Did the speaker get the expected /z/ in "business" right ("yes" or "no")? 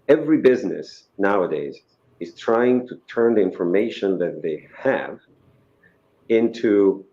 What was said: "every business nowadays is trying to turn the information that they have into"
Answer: yes